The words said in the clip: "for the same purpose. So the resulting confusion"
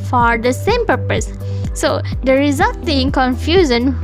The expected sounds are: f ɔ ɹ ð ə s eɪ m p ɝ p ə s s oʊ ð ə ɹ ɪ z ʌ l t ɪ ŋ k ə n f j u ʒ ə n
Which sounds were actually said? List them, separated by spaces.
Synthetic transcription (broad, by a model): f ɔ ɹ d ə s eɪ m p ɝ p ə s s oʊ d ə ɹ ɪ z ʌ t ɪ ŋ k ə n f j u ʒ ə n